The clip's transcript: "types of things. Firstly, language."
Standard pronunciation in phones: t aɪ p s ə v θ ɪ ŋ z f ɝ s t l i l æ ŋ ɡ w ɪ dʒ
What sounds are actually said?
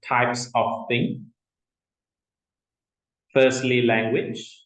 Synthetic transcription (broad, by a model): t aɪ p s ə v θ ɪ ŋ f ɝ s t l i l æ ŋ ɡ w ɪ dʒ